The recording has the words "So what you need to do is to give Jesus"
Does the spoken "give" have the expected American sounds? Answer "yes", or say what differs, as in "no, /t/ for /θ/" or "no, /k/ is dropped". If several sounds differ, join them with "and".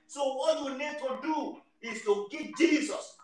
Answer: no, /p/ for /v/